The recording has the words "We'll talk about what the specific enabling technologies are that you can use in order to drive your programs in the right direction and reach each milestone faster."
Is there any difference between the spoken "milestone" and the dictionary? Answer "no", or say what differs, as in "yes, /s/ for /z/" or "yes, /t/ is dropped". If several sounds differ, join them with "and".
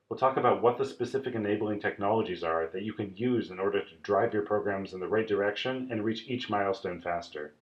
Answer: no